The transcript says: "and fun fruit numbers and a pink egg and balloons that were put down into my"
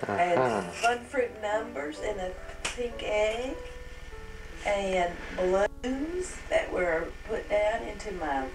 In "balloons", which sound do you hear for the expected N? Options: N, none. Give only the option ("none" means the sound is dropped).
none